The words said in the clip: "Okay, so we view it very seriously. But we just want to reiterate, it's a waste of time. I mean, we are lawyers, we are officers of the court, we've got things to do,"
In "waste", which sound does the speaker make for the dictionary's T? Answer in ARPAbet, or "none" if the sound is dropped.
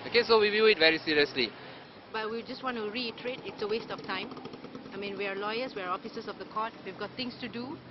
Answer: T